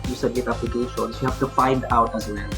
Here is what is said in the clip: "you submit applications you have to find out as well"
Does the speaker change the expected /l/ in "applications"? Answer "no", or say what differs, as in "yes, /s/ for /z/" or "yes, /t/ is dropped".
yes, /l/ is dropped